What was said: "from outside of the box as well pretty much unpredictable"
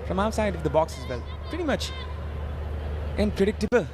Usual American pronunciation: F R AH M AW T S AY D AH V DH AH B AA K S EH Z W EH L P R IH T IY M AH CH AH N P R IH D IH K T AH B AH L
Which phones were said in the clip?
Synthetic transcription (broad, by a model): F R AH M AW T S AY D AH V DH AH B AA K S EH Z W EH L P R IH T IY M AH CH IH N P R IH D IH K T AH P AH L